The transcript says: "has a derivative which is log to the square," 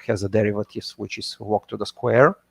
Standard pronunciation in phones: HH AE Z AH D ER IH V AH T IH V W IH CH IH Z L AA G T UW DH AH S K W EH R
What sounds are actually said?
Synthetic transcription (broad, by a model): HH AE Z AH D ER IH V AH T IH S W IH CH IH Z W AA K T UW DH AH S K W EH R